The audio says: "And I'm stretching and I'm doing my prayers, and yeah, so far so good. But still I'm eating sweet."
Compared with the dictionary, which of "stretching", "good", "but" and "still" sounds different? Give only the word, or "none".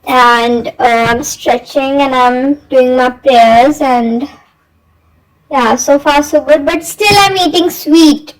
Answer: none